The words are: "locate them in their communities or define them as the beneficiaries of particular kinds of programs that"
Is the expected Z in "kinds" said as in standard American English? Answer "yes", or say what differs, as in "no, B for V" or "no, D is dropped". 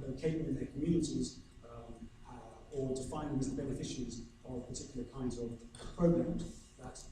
yes